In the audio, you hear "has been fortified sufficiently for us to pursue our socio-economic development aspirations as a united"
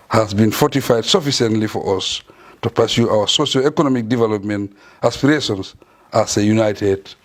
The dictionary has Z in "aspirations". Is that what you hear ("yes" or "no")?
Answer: no